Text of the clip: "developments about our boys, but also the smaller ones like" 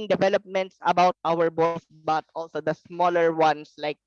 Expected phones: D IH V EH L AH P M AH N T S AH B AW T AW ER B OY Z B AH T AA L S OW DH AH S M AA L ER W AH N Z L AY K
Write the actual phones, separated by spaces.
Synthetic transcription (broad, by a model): D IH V EH L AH P M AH N T S AH B AW T AW ER B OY S B AH T AA L S OW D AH S M AA L ER W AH N S L AY K